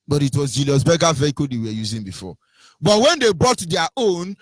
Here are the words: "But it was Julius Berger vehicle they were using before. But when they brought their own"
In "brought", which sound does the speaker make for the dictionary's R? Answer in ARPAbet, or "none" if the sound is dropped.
none